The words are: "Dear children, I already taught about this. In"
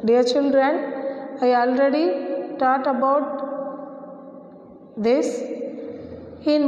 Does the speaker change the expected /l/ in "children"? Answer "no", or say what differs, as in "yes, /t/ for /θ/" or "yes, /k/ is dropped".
yes, /n/ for /l/